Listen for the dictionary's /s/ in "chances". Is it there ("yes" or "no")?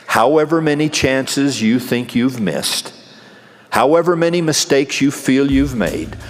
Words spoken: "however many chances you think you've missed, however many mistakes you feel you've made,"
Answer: yes